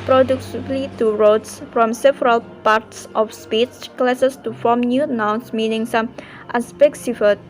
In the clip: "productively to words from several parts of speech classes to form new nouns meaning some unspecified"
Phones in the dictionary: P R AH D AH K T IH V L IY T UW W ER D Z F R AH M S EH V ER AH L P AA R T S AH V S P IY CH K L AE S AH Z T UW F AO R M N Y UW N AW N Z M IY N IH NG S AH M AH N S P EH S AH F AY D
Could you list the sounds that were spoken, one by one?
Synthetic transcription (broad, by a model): P R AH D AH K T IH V L IY T UW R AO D S F R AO M S EH V ER AH L P AA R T S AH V S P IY S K L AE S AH S T UW F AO M N Y UW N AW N S M IY N IH NG S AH M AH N S P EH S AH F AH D